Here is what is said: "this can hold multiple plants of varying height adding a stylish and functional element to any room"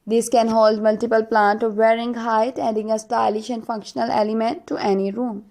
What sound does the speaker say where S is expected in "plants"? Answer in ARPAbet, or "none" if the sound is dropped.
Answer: none